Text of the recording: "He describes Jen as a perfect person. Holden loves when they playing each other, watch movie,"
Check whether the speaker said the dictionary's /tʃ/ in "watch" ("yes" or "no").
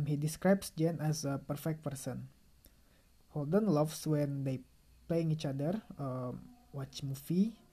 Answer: yes